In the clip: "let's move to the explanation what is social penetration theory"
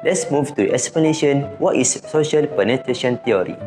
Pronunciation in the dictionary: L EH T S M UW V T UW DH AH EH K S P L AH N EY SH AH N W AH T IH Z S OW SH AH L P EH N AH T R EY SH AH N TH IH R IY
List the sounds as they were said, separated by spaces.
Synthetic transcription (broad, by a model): L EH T S M UW V T UW EH K S P L AH N EY SH AH N W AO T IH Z S OW SH AH L P EH N AH T R EY SH AH N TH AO R IY